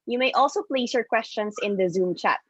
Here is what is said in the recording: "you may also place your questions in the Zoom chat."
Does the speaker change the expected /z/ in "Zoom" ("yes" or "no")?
no